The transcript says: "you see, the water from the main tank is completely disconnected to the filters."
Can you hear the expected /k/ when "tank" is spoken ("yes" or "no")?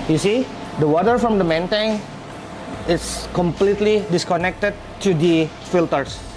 no